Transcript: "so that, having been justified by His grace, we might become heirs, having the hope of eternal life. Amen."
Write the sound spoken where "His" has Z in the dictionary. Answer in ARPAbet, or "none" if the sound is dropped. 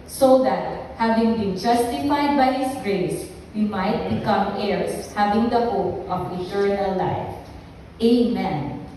S